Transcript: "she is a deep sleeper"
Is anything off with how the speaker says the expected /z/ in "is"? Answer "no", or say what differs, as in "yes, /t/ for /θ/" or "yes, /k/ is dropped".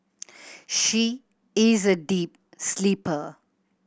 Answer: no